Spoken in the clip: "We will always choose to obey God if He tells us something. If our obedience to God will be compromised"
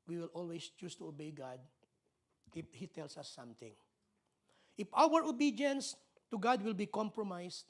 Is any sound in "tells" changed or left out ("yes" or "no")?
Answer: yes